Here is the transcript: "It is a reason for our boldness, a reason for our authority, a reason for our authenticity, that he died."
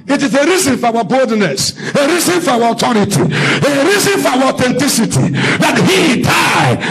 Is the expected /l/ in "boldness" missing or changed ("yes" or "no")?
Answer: no